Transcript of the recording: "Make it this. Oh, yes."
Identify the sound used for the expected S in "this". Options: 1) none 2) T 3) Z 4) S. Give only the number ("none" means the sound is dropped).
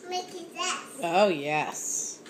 1